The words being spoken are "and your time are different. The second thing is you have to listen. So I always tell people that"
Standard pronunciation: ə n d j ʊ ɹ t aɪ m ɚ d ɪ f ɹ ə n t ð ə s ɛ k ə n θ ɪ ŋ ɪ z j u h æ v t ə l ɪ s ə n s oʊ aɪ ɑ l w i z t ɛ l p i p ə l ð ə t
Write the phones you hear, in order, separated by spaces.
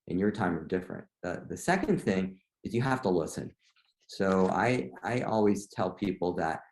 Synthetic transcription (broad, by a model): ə n j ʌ ɹ t aɪ m ɚ d ɪ f ɹ ə n t ð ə s ɛ k ə n θ ɪ ŋ ɪ z j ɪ h æ f t ə l ɪ s ə n s oʊ aɪ ɑ l w i z t ɛ l p i p l ð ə t